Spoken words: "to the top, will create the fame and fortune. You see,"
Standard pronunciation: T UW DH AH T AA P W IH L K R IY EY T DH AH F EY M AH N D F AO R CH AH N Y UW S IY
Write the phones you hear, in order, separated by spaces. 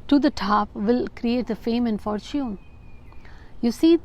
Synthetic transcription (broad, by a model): T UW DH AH T AA P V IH L K R IY EY T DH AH F EY M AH N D F AO R CH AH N Y UW S IY